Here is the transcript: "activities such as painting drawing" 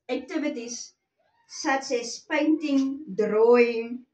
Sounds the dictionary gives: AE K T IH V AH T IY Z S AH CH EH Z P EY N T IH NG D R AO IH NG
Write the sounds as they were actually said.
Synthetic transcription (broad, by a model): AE K T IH V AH T IY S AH S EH S P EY N T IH NG D R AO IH NG